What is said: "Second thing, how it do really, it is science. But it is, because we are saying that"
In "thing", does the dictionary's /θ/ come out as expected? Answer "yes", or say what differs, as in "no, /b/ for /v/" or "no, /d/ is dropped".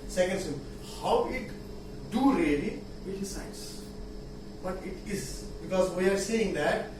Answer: no, /s/ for /θ/